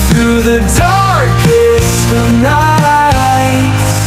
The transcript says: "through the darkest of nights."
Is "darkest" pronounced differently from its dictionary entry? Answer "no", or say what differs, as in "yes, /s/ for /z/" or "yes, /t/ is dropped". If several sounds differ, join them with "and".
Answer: yes, /t/ is dropped